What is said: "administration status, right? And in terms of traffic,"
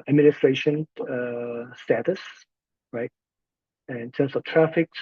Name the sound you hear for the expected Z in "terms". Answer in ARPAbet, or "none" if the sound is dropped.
S